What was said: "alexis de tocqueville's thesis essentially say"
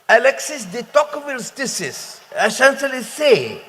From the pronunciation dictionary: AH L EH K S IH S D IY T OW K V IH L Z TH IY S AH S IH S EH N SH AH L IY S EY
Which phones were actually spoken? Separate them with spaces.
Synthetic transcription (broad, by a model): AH L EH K S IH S D IY T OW K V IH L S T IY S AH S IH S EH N S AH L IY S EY